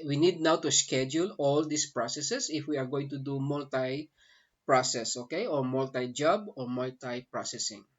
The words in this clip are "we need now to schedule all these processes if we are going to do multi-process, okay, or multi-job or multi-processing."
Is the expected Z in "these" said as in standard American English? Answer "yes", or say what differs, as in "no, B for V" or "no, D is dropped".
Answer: no, S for Z